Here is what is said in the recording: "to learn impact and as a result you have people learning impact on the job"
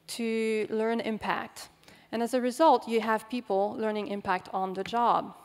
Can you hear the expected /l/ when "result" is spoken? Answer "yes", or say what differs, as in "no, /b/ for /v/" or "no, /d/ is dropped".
yes